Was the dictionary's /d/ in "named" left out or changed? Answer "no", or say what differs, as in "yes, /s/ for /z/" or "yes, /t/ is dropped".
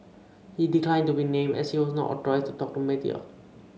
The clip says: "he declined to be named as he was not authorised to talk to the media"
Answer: yes, /d/ is dropped